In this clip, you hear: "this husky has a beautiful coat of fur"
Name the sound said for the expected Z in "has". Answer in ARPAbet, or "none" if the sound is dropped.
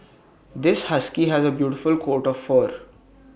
Z